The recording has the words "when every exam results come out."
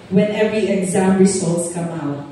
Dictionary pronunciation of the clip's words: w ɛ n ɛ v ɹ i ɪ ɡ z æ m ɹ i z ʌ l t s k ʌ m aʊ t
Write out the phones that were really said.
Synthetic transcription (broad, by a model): w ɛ n ɛ v ɹ i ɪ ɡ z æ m ɹ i s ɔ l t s k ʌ m aʊ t